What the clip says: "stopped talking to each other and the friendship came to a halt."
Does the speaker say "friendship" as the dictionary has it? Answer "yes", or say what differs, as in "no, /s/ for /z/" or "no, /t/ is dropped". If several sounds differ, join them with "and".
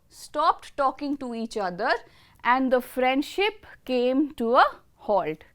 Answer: yes